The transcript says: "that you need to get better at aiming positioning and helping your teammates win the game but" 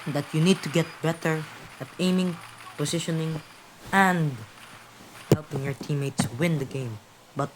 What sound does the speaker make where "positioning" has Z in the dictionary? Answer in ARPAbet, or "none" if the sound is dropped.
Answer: S